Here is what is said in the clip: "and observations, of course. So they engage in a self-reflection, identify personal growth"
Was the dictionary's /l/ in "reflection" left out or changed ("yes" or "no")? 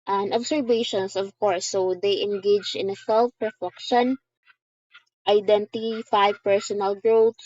yes